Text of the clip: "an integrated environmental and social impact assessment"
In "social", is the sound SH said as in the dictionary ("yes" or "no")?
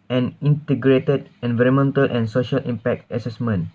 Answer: yes